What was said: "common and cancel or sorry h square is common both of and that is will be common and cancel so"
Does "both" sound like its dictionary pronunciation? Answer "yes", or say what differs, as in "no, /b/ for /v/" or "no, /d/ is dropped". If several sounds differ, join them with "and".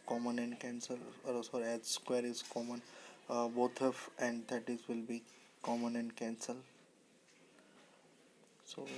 no, /t/ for /θ/